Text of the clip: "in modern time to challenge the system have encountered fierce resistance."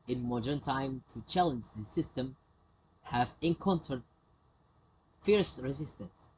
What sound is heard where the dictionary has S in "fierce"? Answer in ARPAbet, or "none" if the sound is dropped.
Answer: S